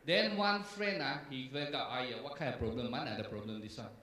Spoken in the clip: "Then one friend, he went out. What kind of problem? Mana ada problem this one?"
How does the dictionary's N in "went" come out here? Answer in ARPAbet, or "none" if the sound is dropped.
none